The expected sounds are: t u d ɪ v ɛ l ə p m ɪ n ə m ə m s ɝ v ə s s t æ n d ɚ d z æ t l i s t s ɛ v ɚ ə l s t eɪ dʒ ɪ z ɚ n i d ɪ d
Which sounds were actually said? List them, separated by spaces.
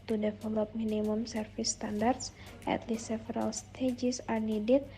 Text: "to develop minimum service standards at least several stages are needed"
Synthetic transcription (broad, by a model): t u d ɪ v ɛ l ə p m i n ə m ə m s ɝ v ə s s t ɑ n d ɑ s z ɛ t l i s s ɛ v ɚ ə l s t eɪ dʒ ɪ s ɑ n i d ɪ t